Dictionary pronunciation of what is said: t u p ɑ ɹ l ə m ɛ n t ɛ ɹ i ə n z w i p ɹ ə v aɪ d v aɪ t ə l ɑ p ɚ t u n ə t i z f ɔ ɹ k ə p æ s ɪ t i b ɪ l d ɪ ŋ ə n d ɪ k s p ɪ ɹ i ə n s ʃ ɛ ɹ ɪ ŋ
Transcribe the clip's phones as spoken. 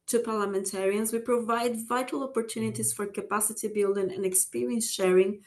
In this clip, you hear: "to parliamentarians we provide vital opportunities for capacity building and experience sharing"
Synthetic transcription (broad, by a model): t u p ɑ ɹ l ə m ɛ n t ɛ ɹ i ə n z w i p ɹ ə v aɪ d v aɪ t ə l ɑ p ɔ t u n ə t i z f ɔ ɹ k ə p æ s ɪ t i b ɪ l d ɪ ŋ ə n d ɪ k s p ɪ ɹ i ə n s ʃ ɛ ɹ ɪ ŋ